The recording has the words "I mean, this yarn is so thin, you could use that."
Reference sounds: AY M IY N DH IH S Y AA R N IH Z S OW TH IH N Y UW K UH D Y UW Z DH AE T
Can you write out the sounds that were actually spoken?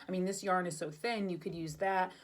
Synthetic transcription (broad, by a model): AY M IY N DH IH S Y AA R N IH Z S OW TH IH N Y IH K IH D Y UW Z DH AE T